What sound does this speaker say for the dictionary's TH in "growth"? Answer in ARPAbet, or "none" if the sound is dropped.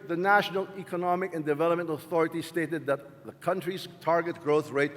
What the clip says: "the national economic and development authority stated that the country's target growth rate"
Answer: TH